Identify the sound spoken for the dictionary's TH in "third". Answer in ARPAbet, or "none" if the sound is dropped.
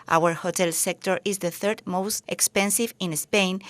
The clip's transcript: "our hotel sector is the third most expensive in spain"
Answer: TH